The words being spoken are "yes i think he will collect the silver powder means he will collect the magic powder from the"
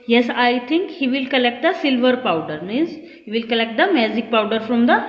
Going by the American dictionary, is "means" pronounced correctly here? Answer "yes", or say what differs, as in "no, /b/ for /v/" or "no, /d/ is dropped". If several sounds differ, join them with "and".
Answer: no, /n/ is dropped